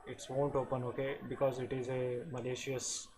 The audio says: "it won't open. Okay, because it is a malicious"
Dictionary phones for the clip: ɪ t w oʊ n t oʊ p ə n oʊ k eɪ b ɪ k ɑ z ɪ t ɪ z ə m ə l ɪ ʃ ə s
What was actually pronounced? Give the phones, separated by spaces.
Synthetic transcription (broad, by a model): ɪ t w oʊ n t oʊ p ə n oʊ k eɪ b ɪ k ɑ z ɪ t ɪ z ə m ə l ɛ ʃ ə s